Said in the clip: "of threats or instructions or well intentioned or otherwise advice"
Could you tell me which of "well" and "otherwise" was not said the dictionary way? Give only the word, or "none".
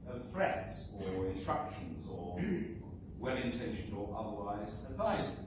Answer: none